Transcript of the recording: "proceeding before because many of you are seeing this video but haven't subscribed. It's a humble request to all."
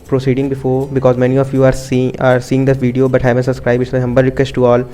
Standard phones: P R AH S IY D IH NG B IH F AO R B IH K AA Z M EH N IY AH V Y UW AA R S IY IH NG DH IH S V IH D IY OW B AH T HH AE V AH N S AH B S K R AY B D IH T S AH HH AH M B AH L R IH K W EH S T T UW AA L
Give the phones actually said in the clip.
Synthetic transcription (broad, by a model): P R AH S IY D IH NG B IH F AO R B IH K AA Z M EH N IY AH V Y UW AA R S IY IH NG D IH V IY D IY OW B AH T HH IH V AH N S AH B S K R AY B IH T AH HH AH M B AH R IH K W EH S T T UW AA L